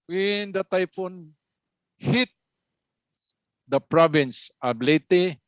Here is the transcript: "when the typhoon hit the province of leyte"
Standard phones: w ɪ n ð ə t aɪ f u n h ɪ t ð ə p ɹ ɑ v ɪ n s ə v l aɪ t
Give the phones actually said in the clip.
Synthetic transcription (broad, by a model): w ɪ n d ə t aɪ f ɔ n h ɪ t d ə p ɹ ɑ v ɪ n s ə b l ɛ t